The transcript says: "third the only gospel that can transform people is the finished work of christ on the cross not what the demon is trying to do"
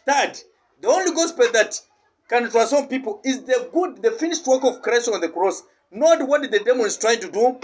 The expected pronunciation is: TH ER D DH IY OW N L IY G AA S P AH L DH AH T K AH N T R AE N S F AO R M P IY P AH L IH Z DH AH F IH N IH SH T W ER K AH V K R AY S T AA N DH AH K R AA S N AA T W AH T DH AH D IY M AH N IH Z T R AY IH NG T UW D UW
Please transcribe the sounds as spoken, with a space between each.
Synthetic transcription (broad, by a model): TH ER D DH IY OW N L IY G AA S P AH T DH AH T K AH N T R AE S AO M P IY P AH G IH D DH AH F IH N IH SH T W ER K AH V K R AY S T AA N DH AH K R AA S N AA T W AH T DH AH D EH M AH N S T R AY IH NG T UW D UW